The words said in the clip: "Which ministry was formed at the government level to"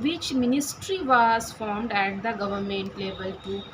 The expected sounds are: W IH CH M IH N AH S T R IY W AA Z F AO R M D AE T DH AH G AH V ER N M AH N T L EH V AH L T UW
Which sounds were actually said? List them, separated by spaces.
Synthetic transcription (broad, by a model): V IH CH M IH N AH S T R IY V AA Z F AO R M D AE T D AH G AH V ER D M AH N T L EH B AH L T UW